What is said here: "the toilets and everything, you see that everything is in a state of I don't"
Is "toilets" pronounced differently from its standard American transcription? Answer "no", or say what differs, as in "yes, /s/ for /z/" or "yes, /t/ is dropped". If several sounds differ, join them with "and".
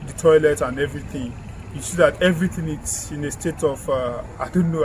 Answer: yes, /s/ is dropped